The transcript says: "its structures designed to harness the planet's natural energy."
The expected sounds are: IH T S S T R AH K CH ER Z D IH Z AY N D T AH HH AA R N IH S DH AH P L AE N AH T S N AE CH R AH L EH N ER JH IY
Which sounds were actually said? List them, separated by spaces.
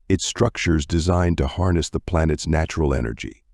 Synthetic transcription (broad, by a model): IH T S S T R AH K CH ER Z D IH Z AY N T AH HH AA R N IH S DH AH P L AE N AH T S N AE CH R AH L EH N ER JH IY